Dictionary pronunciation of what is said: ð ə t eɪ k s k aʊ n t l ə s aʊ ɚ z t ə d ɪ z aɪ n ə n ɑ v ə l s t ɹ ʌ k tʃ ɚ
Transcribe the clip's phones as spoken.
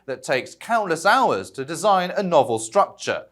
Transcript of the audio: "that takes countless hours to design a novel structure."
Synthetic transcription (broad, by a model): ð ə t eɪ k s k aʊ n t l ə s aʊ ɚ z t ə d ɪ z aɪ n ə n ɑ v ə l s t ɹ ʌ k tʃ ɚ